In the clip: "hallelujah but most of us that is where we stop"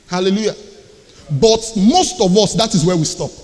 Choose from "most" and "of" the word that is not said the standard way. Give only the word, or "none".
none